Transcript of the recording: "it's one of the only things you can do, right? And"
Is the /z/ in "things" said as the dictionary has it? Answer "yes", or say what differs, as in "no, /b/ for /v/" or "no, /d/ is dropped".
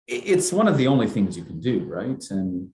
yes